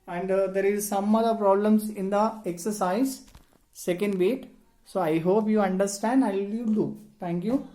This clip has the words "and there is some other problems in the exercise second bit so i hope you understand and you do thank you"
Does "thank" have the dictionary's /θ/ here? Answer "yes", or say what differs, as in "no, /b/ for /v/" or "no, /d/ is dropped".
no, /t/ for /θ/